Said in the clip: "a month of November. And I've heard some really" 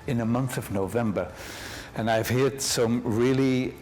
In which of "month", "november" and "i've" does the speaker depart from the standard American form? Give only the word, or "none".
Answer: none